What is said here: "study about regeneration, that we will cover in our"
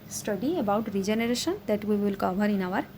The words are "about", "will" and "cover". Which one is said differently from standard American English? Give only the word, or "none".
cover